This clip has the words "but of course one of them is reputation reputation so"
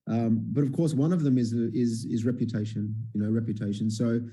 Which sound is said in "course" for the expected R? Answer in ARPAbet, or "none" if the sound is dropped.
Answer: R